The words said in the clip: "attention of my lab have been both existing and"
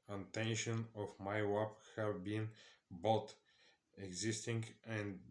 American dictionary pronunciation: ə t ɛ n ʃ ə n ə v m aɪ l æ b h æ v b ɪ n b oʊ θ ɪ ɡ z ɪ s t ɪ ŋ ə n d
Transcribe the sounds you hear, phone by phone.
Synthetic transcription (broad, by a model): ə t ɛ n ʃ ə n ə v m aɪ w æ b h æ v b ɪ n b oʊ t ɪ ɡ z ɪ s t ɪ ŋ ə n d